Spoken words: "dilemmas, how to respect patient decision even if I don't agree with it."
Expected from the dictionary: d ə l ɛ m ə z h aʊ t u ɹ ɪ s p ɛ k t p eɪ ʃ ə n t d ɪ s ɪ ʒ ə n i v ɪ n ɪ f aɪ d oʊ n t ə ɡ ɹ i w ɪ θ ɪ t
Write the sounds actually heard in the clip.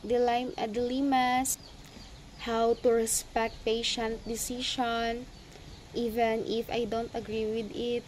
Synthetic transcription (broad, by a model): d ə l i m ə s h aʊ t u ɹ ɪ s p ɛ k t p eɪ ʃ ə n t d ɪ s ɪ ʃ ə n i v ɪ n ɪ f aɪ d oʊ n t ə ɡ ɹ i w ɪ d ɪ t